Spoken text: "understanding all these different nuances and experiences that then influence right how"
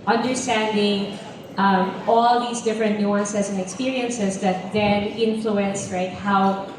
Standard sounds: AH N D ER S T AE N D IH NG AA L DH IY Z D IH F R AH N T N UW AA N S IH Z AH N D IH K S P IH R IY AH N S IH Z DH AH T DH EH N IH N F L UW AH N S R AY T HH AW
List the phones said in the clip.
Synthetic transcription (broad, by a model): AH N D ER S T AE N D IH NG AA L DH IY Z D IH F R AH N T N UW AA N S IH S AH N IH K S P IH R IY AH N S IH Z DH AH T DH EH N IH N F L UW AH N S R AY T HH AW